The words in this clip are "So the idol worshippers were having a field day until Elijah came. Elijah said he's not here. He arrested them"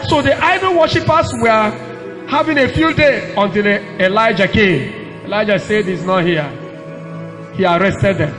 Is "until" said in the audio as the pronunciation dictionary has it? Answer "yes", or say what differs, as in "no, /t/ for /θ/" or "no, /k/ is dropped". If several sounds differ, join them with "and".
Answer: yes